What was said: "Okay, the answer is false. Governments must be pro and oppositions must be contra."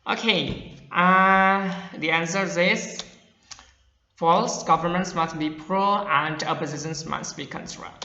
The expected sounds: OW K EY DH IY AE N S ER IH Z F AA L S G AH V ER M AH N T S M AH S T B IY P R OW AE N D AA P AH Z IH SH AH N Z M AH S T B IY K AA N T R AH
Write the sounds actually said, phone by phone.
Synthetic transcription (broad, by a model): OW K EY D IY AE N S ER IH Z F AA L S G AH V ER M AH N T S M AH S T B IY P R OW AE N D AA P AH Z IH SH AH N S M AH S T B IY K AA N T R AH